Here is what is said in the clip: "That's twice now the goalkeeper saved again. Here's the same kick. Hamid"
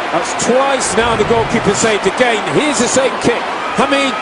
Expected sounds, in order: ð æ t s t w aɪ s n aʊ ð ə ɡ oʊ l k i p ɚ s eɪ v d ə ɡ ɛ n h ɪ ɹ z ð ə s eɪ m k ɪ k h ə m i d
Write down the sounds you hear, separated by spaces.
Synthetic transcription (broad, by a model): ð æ t s t w aɪ s n aʊ ð ə ɡ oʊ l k i p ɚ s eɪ d ə ɡ ɛ n h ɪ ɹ z ð ə s eɪ m k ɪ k h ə m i